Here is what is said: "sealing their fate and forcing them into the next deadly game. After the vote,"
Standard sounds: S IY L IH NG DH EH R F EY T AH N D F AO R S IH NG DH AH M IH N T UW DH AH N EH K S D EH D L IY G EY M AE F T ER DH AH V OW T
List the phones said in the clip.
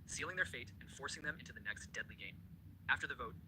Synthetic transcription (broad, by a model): S IY L IH NG DH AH R F EY T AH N F AO R S IH NG DH AH M IH N T UW DH AH N EH K S D EH D L IY G EY M AE F T ER DH AH V OW T